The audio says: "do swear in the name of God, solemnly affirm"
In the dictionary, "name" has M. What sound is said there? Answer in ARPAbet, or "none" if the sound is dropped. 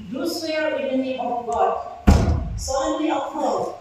none